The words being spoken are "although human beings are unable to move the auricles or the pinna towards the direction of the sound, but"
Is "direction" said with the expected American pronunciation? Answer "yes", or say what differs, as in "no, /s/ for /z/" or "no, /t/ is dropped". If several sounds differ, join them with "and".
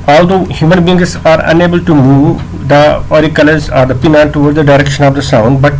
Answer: yes